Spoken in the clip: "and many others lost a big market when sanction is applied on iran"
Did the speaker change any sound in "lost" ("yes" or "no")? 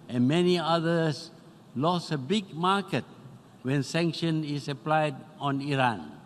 yes